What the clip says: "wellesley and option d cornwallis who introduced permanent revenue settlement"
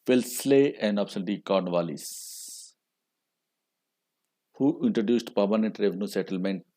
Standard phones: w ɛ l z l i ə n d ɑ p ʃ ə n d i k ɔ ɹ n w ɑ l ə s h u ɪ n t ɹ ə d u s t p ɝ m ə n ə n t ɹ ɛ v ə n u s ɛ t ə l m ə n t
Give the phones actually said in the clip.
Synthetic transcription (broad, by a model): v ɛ l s l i ə n d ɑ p s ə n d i k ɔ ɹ n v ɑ l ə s h u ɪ n t ɹ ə d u s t p ɝ m ə n ə n t ɹ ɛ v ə n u s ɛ t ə l m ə n t